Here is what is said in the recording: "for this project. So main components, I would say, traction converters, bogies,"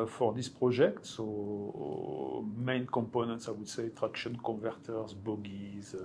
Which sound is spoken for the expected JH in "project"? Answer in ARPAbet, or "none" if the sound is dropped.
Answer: ZH